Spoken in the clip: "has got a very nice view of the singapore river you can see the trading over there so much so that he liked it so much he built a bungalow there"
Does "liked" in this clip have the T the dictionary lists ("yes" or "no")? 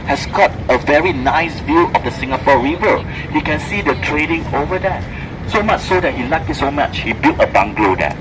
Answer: no